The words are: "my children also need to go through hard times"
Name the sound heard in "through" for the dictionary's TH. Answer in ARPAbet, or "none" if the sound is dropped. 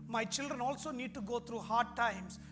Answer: T